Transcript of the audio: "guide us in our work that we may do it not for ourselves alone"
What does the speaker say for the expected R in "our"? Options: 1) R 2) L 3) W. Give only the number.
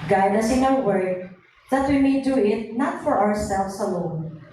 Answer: 3